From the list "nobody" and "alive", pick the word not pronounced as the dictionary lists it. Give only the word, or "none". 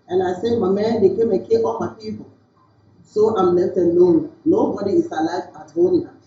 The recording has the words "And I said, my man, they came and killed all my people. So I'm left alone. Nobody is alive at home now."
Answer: alive